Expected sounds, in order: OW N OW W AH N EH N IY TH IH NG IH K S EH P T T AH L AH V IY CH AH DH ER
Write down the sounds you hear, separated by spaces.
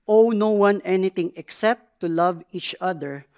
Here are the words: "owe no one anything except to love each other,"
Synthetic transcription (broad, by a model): OW N OW W AH N EH N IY T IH NG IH K S EH P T T AH L AH V IY CH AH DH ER